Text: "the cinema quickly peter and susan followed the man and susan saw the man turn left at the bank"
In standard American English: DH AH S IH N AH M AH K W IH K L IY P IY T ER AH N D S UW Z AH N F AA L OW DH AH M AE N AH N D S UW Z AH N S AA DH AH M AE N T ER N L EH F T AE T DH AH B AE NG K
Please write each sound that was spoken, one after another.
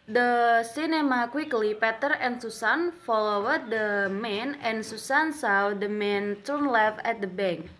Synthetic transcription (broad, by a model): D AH S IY N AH M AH K W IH K L IY P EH T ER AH N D S UW S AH N F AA L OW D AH M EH N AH N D S UW S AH N S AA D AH M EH N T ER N L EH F EH T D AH B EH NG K